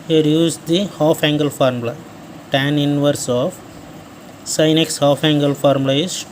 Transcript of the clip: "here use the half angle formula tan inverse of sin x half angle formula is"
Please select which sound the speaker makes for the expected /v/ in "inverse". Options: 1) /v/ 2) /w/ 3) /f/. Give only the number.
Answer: 1